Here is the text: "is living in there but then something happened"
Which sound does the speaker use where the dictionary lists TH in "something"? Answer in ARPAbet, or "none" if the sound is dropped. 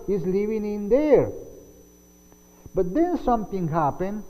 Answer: T